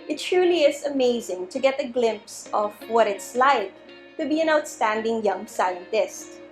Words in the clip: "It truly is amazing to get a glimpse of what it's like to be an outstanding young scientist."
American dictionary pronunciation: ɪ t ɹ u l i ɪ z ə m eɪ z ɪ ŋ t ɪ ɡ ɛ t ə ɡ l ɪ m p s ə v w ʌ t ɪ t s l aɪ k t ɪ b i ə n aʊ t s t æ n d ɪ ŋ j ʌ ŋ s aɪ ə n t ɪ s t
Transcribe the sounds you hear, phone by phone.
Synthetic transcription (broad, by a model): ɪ t ɹ u l i ɪ z ə m eɪ z ɪ ŋ t ɪ ɡ ɛ t ə ɡ l ɪ m p s ə v w ʌ t ɪ t s l aɪ k t ɪ b i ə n aʊ t s t æ n d ɪ ŋ j ʌ ŋ s aɪ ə n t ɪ s t